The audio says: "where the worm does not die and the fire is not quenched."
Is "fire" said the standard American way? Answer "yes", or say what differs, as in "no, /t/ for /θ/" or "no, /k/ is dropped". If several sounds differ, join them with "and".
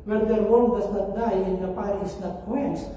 no, /p/ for /f/